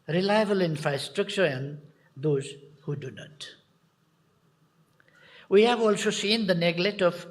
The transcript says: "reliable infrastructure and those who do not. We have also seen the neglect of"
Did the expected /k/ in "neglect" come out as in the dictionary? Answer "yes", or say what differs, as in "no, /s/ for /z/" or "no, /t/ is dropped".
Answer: no, /k/ is dropped